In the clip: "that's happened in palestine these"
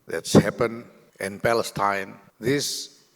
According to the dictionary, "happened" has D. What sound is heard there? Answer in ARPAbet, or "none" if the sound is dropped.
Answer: none